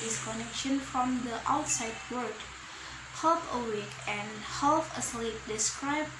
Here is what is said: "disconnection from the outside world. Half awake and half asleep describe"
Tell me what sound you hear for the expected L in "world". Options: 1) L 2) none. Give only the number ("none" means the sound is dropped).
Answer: 2